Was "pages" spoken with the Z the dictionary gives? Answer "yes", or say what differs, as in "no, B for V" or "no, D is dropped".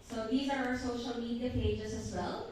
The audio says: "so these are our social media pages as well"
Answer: yes